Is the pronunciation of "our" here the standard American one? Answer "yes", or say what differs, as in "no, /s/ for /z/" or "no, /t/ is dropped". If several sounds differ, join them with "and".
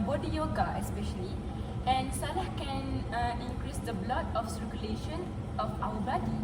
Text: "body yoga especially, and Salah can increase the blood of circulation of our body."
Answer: no, /w/ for /ɹ/